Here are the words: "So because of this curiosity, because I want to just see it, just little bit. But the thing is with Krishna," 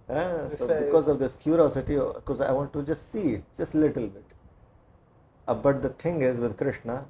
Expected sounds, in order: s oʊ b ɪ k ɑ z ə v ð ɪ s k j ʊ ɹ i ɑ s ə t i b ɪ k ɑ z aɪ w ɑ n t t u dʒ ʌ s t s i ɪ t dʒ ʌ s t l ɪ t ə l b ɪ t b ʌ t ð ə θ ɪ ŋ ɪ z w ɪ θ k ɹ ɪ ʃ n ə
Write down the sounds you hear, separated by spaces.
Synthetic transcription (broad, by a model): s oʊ b ɪ k ɑ z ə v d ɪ s k j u ɹ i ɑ s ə t i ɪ k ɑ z aɪ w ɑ n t t u dʒ ʌ s t s i ɪ t dʒ ʌ s t l ɪ t ə l b ɪ t b ʌ t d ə t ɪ ŋ ɪ z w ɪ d k ɹ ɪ ʃ n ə